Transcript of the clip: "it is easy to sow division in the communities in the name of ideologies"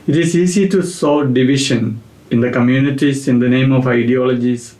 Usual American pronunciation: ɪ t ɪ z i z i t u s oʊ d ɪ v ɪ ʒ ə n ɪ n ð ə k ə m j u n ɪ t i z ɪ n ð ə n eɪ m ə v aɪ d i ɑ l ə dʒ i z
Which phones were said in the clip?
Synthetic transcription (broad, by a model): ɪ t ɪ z i s i t u s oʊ d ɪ v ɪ ʃ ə n ɪ n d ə k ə m j u n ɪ t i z ɪ n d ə n eɪ m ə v aɪ d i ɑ l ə dʒ i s